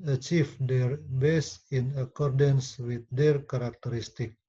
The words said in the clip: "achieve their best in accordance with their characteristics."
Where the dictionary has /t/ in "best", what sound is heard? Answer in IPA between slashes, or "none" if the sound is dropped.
none